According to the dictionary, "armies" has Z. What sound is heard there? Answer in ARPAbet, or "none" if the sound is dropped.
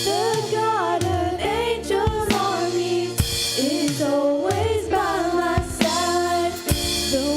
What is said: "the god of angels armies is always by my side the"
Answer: none